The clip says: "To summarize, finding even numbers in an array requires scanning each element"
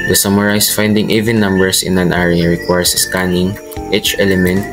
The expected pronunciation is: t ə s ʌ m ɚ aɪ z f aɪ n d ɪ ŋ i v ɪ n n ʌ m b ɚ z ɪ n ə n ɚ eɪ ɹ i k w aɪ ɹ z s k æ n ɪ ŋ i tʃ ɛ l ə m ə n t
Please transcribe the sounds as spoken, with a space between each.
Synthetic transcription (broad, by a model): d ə s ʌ m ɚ aɪ s f aɪ n d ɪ ŋ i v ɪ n n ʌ m b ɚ s ɪ n ə n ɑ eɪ ɹ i k w aɪ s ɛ s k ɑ n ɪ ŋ i tʃ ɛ l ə m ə n t